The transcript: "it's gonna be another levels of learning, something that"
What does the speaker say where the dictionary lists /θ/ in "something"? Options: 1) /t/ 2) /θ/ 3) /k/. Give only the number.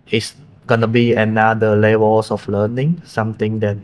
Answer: 1